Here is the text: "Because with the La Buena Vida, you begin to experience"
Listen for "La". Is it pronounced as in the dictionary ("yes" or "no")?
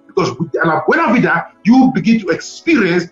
no